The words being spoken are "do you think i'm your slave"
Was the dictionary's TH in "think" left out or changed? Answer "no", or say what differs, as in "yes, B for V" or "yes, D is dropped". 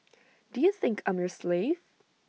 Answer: no